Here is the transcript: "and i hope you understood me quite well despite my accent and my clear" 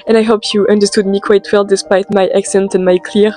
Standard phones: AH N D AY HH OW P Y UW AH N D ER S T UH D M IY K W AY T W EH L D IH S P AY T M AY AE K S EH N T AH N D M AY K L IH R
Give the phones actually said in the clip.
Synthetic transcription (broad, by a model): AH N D AY HH OW P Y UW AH N D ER S T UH D M IY K W AY T W EH L D IH S P AY T M AY AE K S EH N T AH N M AY K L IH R